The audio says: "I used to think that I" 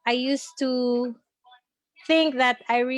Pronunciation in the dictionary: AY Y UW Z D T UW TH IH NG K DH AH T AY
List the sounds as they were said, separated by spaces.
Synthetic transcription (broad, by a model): AY Y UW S T UW TH IH NG K DH AH T AY